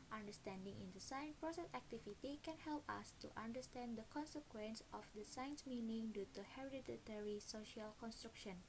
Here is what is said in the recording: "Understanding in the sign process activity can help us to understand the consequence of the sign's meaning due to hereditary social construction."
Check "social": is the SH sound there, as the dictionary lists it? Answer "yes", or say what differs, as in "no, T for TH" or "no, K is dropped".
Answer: yes